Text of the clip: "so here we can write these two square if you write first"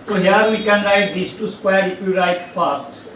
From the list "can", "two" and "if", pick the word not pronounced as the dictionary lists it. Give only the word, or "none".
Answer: if